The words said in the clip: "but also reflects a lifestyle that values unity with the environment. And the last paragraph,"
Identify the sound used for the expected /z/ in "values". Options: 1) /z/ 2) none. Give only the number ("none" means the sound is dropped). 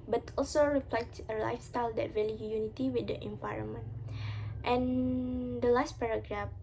2